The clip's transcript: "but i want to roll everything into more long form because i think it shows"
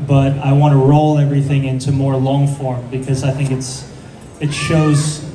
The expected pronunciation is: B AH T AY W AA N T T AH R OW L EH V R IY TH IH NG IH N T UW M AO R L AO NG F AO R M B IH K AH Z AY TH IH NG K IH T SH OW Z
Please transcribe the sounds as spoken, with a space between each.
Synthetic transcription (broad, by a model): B AH T AY W AA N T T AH R OW L EH V R IY TH IH NG IH N T UW M AO R L AO NG F AO R M B IH K AH Z AY TH IH NG K IH T SH OW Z